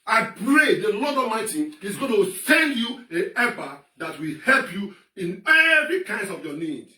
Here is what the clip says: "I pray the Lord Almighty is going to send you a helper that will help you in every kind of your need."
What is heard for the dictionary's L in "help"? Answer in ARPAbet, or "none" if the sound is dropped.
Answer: L